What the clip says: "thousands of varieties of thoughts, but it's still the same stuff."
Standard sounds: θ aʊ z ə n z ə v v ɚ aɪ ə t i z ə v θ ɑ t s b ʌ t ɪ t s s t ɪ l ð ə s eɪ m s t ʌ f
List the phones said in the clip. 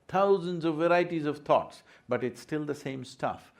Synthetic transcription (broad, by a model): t aʊ z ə n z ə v v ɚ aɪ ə t i z ə v t ɑ t s b ʌ t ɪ t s s t ɪ l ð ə s eɪ m s t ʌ f